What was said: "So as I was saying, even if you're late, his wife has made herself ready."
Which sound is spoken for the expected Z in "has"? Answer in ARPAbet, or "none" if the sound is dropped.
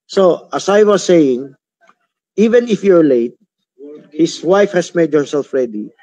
S